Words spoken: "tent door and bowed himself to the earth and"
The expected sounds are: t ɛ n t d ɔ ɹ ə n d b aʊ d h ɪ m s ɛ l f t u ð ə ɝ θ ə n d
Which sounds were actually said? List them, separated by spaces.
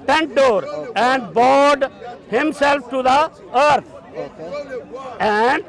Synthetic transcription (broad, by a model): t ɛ n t d ɔ ɹ ə n d b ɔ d h ɪ m s ɛ l f t u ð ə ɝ t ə n d